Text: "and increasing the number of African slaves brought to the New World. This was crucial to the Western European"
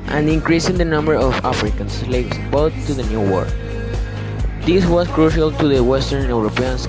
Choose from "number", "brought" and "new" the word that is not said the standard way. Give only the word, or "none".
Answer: brought